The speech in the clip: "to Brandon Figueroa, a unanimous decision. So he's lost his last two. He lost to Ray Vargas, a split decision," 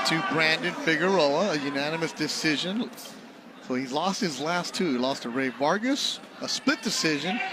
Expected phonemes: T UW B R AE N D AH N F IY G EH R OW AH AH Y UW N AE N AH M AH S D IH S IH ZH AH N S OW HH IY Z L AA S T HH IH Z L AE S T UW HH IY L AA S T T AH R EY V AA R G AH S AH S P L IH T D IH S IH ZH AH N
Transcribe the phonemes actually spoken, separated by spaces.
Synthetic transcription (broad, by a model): T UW B R AE N D AH N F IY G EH R OW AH AH Y UW N AE N AH M AH S D IH S IH ZH AH N S OW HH IY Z L AA S T HH IH Z L AE S T UW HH IY L AA S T T AH R EY V AA R G AH S AH S P L IH T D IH S IH ZH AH N